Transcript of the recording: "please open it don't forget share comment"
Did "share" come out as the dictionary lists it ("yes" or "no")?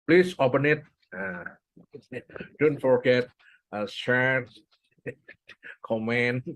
no